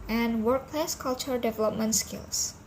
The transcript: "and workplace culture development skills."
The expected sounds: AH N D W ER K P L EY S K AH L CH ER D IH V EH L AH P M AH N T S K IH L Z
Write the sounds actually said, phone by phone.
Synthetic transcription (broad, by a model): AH N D W ER K P L EY S K AH L CH ER D IH V EH L AH P M AH N T S K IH L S